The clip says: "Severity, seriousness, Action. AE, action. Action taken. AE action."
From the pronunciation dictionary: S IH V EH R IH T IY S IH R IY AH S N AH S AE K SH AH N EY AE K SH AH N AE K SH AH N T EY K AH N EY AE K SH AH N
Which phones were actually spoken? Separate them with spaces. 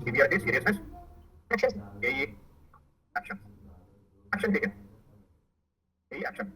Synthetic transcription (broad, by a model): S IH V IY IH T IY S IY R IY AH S AH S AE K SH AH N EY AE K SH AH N AE K SH AH N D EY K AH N EY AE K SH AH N